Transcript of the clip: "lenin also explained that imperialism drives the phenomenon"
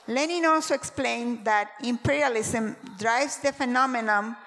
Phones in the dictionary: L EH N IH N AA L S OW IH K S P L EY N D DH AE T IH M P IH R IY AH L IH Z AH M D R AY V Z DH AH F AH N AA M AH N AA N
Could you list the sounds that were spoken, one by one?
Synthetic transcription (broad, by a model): L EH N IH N AA L S OW IH K S P L EY N D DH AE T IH M P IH R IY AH L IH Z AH M D R AY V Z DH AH F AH N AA M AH N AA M